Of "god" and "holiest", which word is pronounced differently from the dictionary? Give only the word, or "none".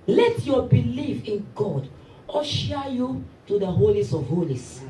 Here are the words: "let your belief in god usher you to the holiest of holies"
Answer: holiest